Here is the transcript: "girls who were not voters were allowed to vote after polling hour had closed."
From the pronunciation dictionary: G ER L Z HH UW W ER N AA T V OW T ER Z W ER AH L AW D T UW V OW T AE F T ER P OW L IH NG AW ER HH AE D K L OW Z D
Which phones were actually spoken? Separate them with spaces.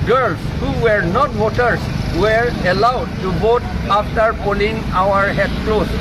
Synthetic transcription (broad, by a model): G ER L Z HH UW W ER N AA T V OW T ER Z W ER AH L AW D T UW B OW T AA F T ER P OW L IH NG AW ER HH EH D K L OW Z